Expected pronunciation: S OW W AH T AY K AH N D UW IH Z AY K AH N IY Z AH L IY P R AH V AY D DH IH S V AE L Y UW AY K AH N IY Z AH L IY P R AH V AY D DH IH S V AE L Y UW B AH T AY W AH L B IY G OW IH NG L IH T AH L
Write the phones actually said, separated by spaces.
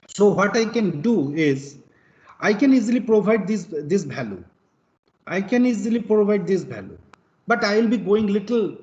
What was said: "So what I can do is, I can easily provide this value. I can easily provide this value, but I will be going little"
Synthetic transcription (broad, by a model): S OW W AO T AY K AH N D UW IH Z AY K AH N IY Z AH L IY P R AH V AY D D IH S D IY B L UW AY K AH N IY Z AH L IY P R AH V AY D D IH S B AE L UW B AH T AY W AH L B IY G OW IH NG L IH T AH L